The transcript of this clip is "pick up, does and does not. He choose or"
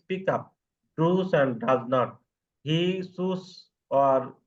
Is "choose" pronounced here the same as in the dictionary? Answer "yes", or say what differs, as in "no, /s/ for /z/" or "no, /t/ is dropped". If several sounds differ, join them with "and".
no, /s/ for /tʃ/ and /s/ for /z/